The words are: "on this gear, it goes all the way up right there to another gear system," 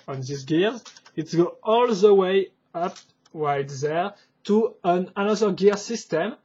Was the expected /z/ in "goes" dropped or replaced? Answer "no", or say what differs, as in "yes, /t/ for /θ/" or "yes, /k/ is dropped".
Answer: yes, /z/ is dropped